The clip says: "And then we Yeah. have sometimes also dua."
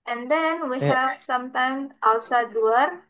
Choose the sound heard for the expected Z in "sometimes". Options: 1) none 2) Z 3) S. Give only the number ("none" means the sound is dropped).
1